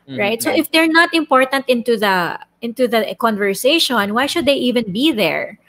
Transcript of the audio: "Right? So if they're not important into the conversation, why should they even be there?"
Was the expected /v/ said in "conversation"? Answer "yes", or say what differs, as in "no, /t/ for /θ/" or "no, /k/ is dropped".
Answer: yes